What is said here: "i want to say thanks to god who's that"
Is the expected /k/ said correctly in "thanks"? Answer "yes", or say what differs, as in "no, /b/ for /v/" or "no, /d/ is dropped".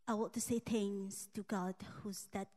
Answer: no, /k/ is dropped